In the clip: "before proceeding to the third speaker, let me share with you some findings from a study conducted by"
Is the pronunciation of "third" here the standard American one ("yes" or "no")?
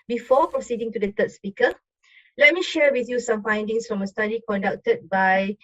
no